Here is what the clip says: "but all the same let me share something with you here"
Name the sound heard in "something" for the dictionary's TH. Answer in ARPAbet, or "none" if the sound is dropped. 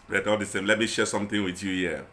T